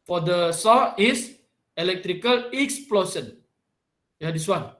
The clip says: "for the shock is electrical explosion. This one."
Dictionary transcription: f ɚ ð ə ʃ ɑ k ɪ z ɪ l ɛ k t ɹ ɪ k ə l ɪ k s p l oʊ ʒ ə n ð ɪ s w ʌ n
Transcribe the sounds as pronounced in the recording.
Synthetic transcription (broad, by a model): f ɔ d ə s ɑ ɪ s ɪ l ɛ k t ɹ ɪ k ə l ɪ k s p l oʊ s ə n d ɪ s w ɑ n